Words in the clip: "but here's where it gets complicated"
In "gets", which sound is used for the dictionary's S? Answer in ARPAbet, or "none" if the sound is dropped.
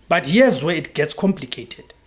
S